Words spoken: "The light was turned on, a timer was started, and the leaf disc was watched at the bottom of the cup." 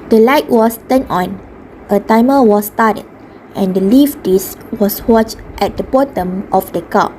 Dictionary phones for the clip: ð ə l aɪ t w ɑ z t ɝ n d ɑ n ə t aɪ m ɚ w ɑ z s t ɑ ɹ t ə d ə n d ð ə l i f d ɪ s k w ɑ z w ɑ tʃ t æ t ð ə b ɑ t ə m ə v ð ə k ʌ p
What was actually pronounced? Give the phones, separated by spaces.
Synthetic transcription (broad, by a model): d ə l aɪ t w ɑ s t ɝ n ɑ n ə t aɪ m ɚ w ɑ s t ɑ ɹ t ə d ə n d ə l i f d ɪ s w ɑ s w ɑ tʃ t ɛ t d ə b ɑ t ə m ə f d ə k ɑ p